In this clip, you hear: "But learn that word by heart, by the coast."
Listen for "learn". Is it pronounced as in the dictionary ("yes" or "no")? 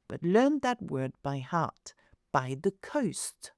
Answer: yes